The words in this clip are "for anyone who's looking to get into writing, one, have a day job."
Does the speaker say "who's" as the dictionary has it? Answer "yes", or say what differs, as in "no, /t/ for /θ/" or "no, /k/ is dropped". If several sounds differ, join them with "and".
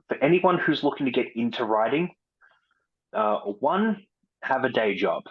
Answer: yes